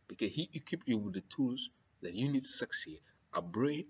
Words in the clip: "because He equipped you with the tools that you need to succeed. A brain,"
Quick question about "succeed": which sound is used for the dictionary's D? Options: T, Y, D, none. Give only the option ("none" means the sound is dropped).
none